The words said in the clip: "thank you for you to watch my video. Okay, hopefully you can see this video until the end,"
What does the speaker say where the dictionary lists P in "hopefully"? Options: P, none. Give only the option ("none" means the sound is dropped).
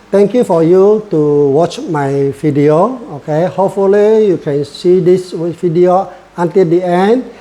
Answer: P